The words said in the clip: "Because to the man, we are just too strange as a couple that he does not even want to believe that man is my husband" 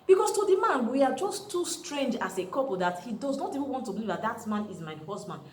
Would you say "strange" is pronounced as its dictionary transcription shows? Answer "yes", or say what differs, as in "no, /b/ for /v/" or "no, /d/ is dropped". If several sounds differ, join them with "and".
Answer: yes